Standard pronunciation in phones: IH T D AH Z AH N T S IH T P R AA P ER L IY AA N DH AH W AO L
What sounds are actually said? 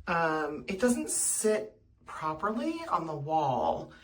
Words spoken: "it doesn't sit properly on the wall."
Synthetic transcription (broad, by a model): IH T D AH Z AH N T S IH T P R AA P ER L IY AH N DH AH W AO L